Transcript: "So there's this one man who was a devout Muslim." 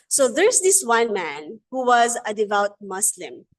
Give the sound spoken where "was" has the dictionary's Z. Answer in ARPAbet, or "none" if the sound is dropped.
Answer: Z